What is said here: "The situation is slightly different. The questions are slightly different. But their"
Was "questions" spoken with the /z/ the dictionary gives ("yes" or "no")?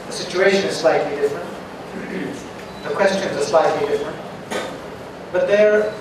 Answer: yes